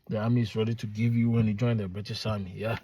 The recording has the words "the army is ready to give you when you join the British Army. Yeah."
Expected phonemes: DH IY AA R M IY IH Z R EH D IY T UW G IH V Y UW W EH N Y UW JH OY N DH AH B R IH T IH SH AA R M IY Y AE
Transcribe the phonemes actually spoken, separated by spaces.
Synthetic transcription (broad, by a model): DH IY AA M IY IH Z R EH D IY T UW G IH V Y UW W EH N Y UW JH OY N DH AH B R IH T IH S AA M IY Y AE